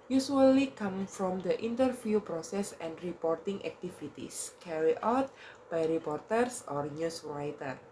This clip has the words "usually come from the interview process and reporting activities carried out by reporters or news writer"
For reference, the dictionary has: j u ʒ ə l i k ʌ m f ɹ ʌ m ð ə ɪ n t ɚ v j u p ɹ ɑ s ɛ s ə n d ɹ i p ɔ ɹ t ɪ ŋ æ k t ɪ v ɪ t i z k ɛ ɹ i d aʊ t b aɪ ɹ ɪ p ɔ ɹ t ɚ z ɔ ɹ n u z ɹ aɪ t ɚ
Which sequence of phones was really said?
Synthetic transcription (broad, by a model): j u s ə l i k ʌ m f ɹ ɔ m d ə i n t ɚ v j u p ɹ ɑ s ɛ s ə n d ɹ i p ɔ ɹ t ɪ ŋ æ k t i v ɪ t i s k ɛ ɹ i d aʊ t b aɪ ɹ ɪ p ɔ ɹ t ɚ s ɔ ɹ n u s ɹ aɪ t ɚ